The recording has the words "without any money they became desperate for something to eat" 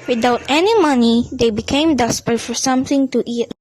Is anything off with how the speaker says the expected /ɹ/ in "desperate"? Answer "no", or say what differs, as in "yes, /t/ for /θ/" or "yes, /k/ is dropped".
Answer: yes, /ɹ/ is dropped